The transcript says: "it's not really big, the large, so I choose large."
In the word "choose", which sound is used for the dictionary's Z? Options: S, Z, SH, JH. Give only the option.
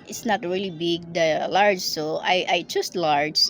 S